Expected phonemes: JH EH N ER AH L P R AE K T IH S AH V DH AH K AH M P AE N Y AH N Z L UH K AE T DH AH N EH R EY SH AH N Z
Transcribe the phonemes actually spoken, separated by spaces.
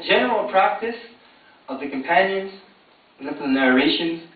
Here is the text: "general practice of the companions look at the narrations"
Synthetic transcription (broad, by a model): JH EH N ER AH L P R AE K T IH S AH V DH AH K AH M P AE N Y AH N Z N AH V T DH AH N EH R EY SH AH N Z